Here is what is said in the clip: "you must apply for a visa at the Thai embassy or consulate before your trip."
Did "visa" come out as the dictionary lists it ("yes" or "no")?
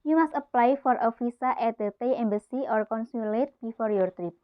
no